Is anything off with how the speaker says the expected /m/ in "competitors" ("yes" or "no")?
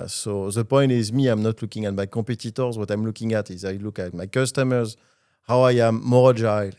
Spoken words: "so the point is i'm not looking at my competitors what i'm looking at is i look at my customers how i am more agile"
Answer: yes